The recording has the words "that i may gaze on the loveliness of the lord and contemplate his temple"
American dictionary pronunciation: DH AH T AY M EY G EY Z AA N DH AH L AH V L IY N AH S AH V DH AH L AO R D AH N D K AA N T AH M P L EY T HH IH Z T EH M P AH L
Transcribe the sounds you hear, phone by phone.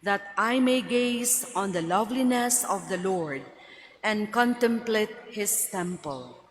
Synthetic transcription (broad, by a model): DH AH T AY M EY G EY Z AA N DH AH L AH V L IY N AH S AH V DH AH L AO R D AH N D K AA N T AH M P L EY T HH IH S T EH M P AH L